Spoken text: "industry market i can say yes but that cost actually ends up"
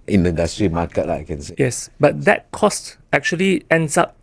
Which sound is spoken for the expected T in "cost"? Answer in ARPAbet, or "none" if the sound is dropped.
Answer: T